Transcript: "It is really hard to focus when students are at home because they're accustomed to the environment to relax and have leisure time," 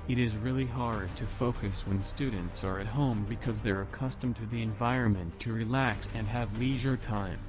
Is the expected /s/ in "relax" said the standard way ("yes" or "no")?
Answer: yes